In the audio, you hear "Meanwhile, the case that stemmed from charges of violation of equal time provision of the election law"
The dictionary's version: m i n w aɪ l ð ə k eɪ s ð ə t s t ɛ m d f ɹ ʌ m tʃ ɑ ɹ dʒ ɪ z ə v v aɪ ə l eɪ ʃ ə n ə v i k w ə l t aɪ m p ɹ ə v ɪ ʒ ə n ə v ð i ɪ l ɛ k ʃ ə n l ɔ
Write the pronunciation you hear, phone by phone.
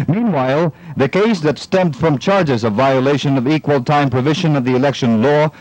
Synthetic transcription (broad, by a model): m i n w aɪ l ð ə k eɪ s ð ə t s t ɛ m d f ɹ ʌ m tʃ ɑ ɹ dʒ ɪ z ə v v aɪ ə l eɪ ʃ ə n ə v i k w ə l t aɪ m p ɹ ə v ɪ ʒ ə n ə v ð i ɪ l ɛ k ʃ ə n l ɔ